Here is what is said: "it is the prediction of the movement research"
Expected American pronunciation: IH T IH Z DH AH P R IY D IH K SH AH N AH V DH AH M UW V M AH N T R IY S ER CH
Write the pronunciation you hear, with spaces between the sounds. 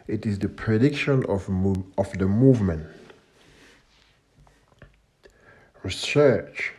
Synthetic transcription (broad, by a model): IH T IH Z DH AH P R IY D IH K SH AH N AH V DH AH M UW V M AH N T R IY S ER CH